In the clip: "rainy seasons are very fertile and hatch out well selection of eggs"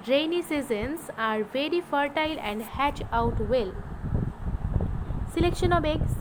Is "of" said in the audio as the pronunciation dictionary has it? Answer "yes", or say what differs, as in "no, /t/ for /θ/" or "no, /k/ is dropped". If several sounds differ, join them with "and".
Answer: no, /b/ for /v/